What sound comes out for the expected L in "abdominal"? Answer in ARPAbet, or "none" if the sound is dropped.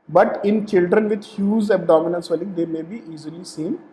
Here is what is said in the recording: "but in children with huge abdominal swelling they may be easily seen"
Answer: N